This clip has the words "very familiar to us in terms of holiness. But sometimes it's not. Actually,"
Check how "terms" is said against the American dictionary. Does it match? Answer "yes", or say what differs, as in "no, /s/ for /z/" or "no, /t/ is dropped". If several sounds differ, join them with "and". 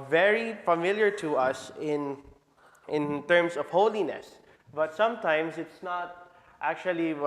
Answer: no, /s/ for /z/